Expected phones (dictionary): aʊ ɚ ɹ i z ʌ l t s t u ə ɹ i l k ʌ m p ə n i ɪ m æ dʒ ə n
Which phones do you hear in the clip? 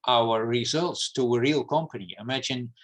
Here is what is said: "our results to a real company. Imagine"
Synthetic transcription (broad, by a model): aʊ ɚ ɹ i z ʌ l t s t u ə ɹ i l k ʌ m p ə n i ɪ m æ dʒ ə n